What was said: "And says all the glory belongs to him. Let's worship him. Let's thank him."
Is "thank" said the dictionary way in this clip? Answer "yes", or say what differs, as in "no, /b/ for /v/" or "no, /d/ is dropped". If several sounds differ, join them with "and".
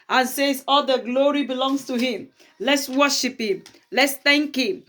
no, /t/ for /θ/